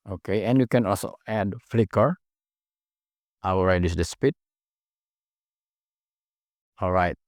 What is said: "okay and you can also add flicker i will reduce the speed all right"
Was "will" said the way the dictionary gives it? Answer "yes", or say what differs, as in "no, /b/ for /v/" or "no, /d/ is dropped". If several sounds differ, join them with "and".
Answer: no, /w/ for /l/